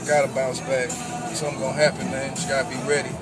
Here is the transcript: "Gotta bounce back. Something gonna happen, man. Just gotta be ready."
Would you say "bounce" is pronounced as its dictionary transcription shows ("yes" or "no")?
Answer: no